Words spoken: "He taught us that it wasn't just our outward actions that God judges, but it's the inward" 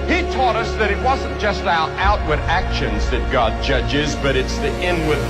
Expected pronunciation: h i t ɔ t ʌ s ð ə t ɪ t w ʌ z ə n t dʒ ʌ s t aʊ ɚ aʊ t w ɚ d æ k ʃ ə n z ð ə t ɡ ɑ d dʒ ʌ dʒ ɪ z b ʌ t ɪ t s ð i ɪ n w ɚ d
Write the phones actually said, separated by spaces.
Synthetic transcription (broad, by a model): h i t ɔ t ʌ s ð ə t ɪ t w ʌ z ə n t dʒ ʌ s t aʊ ɚ aʊ t w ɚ d æ k ʃ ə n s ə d ɡ ɑ d dʒ ʌ dʒ ɪ z b ʌ t ɪ t s ð i ɪ n w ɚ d